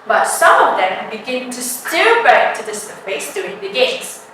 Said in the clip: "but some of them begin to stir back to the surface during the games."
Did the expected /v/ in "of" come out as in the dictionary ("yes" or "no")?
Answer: yes